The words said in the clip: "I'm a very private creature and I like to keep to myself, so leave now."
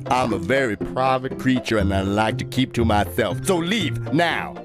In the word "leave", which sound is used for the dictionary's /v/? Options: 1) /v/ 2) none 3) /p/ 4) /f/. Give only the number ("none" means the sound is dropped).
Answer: 1